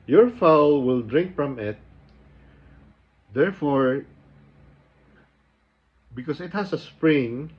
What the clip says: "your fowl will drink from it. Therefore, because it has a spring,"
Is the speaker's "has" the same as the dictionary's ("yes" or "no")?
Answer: no